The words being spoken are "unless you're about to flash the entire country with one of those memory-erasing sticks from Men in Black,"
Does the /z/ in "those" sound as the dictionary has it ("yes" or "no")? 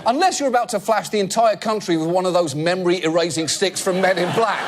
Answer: yes